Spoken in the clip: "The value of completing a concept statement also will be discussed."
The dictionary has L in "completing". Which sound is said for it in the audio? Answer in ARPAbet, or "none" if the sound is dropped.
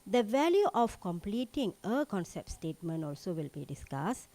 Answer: L